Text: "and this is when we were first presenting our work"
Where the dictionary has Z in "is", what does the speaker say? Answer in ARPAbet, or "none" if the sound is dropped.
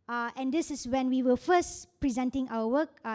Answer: S